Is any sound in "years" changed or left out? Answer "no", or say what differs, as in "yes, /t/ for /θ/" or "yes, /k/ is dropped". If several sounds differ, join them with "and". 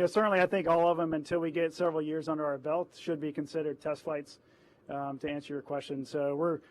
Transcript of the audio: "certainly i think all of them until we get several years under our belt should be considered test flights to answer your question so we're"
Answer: no